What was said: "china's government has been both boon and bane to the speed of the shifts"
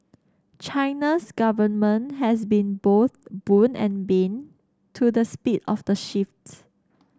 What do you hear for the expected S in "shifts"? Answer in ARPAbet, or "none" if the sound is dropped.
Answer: none